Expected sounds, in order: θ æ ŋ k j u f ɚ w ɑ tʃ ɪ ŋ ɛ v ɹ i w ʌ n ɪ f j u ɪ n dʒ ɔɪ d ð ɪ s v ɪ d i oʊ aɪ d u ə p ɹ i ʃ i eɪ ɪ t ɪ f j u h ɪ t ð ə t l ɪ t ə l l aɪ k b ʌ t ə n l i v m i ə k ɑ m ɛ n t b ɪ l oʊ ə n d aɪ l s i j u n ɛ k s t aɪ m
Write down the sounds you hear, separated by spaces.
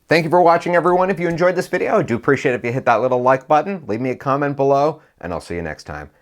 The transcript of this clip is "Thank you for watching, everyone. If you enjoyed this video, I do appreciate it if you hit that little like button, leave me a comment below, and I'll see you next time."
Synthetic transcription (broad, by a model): θ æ ŋ k j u f ɚ w ɑ tʃ ɪ ŋ ɛ v ɹ i w ʌ n ɪ f j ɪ ɪ n dʒ ɔɪ d ð ɪ s v ɪ d i oʊ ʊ d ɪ ə p ɹ i ʃ i eɪ ɪ t ɪ f j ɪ h ɪ t ð ə t l ɪ t l l aɪ k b ʌ t n l i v m i ə k ɑ m ɛ n t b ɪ l oʊ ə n aɪ l s i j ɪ n ɛ k s t aɪ m